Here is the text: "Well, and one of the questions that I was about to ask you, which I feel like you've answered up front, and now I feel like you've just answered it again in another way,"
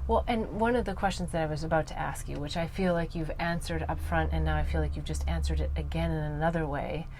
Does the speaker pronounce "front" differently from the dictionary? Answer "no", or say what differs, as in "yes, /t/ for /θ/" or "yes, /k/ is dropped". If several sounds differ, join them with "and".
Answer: no